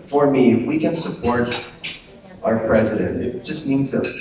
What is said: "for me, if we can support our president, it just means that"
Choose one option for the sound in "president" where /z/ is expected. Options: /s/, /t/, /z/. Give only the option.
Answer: /z/